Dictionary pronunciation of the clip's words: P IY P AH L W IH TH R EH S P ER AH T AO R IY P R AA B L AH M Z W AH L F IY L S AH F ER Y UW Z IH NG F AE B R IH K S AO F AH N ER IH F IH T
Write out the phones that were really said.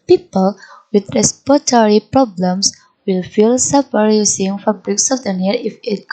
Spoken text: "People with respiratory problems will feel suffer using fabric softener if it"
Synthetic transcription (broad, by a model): P IY P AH L W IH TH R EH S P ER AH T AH R IY P R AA B L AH M S W AH L F IY L S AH P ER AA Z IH NG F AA B R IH K S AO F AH N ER IH F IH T